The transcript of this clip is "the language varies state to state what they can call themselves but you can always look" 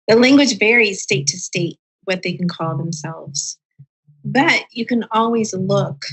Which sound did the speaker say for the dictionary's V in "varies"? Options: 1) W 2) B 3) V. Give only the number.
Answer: 3